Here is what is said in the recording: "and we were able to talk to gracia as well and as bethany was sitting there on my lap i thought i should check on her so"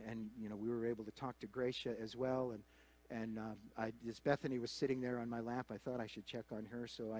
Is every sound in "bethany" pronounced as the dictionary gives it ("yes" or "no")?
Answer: yes